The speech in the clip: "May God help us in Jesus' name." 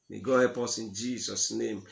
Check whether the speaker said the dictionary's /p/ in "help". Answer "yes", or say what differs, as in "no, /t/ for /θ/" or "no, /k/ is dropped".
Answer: yes